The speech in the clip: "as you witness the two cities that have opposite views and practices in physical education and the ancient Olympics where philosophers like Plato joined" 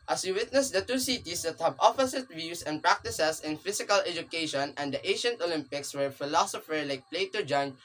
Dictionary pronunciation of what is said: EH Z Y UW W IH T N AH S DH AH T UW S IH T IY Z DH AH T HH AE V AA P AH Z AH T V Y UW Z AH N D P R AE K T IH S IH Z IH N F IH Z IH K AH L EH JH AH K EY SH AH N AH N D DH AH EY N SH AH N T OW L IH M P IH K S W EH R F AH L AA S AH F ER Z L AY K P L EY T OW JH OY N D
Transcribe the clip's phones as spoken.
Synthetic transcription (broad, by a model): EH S Y UW W IH T N AH S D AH T UW S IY T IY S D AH T HH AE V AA F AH S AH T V Y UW S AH N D P R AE K T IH S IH S IH N F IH S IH K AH L EH JH AH K EY SH AH N AH N D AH EY SH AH N T OW L IH M P IH K S W EH R F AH L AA S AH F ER L AY K P L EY T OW JH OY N